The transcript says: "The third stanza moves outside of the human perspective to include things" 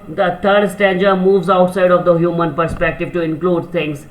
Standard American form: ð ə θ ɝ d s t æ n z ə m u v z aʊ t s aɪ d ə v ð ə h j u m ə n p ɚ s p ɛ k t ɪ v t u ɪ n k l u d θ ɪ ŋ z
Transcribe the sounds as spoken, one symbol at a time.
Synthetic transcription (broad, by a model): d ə t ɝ d s t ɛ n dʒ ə m u v z aʊ t s aɪ d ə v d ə h j u m ə n p ɚ s p ɛ k t ɪ v t u ɪ n k l u d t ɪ ŋ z